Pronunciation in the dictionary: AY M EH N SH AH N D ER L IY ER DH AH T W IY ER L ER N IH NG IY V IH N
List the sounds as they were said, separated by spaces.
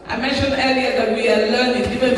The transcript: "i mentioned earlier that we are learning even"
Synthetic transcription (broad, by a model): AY M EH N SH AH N ER IY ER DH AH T W IY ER L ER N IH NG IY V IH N